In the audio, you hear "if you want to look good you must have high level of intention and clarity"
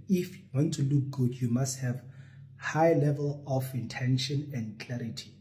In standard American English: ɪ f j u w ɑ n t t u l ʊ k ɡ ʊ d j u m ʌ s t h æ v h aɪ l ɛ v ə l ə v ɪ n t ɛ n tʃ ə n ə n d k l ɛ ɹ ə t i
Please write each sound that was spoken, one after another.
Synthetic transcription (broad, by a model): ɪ f j u w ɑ n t t u l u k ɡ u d j u m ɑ s t h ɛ v h aɪ l ɛ v ə l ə f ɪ n t ɛ n ʃ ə n ə n d k l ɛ ɹ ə t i